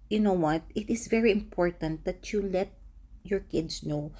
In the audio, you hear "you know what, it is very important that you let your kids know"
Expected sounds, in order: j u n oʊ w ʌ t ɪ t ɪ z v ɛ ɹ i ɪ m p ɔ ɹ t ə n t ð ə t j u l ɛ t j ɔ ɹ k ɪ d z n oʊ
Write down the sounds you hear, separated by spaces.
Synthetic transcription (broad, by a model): j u n oʊ w ʌ t ɪ t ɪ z v ɛ ɹ i ɪ m p ɔ ɹ t ə n t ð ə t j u l ɛ t j ɔ ɹ k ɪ d s n oʊ